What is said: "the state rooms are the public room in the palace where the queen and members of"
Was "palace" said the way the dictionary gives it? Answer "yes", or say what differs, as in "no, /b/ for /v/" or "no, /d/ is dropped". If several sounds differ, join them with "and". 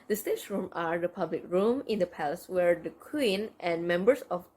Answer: yes